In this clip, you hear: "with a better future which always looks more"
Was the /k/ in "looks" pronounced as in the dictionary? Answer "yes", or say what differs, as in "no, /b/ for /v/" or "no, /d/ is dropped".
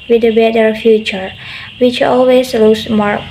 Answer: no, /k/ is dropped